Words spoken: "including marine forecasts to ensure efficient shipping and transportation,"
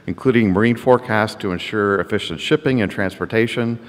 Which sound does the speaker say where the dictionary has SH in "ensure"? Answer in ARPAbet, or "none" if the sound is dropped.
SH